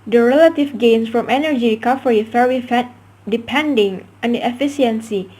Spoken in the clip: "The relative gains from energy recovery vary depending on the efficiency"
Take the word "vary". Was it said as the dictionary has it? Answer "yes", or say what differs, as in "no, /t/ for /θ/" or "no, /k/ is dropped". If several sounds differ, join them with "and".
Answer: no, /f/ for /v/ and /w/ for /ɹ/